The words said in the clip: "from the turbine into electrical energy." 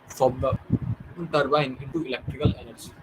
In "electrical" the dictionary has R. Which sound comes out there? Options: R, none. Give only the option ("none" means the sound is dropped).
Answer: R